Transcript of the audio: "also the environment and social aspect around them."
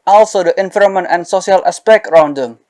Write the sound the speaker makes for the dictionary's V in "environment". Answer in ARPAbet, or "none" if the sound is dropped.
F